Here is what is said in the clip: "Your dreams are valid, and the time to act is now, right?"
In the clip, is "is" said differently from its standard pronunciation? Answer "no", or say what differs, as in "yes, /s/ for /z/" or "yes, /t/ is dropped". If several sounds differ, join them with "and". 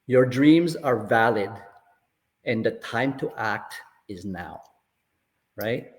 no